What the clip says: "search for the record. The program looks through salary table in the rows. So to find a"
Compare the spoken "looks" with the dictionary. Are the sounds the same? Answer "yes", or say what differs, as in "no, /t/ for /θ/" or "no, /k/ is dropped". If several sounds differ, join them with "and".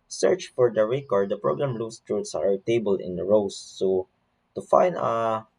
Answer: no, /k/ is dropped